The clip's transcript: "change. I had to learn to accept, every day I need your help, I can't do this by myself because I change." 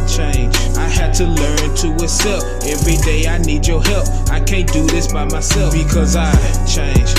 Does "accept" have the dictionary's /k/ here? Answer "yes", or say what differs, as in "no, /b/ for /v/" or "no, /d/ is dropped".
no, /k/ is dropped